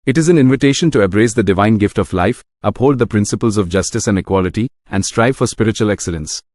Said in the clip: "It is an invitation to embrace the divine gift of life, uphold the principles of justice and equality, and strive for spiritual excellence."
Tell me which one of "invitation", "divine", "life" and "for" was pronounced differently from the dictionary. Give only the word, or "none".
none